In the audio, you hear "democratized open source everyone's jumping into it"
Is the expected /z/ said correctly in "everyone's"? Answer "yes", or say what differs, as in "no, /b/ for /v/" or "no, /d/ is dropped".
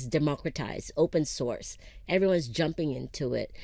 yes